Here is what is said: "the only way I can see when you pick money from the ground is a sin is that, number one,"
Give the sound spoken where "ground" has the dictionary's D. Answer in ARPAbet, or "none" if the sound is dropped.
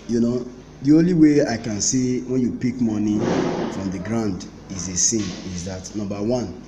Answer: D